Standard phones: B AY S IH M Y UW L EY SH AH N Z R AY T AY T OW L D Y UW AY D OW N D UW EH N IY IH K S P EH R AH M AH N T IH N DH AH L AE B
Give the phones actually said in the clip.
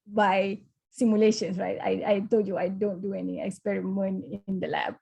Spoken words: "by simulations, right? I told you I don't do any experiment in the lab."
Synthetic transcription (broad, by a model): B AY S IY M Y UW L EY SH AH N S R AY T AY T OW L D Y UW AY D OW N D UW EH N IY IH K S P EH R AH M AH N IH N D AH L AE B